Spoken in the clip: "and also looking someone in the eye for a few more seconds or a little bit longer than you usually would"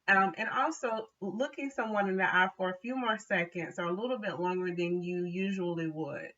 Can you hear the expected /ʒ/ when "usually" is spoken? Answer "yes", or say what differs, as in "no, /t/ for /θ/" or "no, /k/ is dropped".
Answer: yes